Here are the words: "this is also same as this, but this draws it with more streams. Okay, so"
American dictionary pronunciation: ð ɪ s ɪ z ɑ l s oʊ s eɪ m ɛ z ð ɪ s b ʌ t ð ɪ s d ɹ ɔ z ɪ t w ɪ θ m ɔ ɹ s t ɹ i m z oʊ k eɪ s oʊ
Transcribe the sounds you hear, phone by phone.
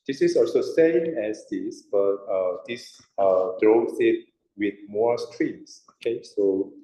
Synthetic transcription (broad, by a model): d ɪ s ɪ s ɑ l s oʊ s eɪ m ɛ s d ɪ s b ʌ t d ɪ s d ɹ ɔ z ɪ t w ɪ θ m ɔ s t ɹ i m s oʊ k eɪ s oʊ